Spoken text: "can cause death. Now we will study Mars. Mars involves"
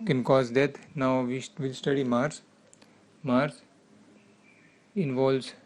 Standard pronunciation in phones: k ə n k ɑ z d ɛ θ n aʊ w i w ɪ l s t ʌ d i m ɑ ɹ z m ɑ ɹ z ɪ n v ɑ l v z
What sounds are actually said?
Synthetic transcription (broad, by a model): k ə n k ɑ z d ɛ t n aʊ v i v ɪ l s t ʌ d i m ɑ ɹ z m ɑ ɹ s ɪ n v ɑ l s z